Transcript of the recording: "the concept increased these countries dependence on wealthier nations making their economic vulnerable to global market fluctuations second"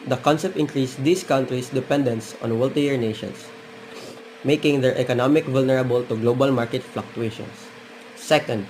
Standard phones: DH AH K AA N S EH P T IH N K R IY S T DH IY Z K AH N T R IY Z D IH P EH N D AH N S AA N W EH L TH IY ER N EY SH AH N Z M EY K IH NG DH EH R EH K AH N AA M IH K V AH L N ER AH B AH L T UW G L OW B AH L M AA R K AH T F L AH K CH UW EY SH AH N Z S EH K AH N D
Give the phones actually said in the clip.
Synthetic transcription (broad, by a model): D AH K AA N S EH P T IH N K R IY S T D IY S K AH N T R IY S D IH P EH N D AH N S AA N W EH L T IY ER N EY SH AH N S M EY K IH NG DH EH R EH K AH N AA M IH K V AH L N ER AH B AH L T UW G L OW B AH L M AA R K AH T F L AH K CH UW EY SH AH N S EH K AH N D